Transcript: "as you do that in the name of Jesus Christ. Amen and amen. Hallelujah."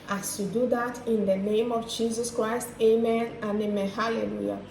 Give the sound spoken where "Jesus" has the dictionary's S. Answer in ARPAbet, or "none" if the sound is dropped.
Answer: S